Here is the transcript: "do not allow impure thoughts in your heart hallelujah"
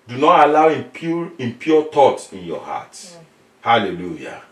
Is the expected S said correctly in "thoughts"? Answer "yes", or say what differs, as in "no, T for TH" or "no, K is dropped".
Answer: no, S is dropped